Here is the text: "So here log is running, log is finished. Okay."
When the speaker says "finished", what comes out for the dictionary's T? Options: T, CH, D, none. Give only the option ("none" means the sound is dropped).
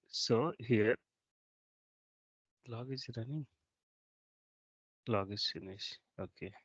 none